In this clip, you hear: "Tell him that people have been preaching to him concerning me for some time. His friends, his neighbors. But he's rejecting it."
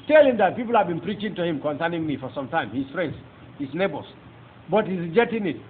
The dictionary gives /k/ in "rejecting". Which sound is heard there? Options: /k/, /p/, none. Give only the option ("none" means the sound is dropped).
none